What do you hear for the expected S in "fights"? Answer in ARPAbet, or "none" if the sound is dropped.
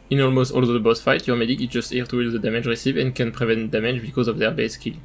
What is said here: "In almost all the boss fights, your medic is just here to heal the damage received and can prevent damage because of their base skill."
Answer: none